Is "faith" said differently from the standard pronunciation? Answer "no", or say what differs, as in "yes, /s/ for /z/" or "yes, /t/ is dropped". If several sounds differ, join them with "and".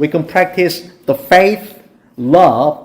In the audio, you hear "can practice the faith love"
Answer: no